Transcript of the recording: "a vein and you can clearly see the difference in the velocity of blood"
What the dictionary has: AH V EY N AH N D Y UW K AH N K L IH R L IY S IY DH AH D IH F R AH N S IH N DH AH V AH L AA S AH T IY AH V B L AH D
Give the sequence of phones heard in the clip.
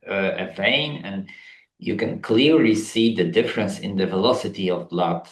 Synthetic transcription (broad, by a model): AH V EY N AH N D Y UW K AH N K L IH R L IY S IY DH AH D IH F R AH N S IH N DH AH V AH L AA S AH T IY AH V L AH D